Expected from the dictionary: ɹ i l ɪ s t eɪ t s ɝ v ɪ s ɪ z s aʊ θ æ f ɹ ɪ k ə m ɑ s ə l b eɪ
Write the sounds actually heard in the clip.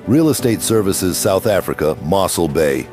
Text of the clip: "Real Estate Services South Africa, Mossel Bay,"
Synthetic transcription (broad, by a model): ɹ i l ɪ s t eɪ t s ɝ v ɪ s ɪ z s aʊ θ æ f ɹ ɪ k ə m ɑ s l b eɪ